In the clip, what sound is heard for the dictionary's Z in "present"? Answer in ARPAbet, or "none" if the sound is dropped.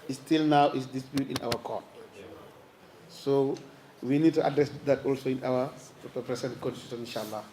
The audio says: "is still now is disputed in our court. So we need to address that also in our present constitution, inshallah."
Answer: S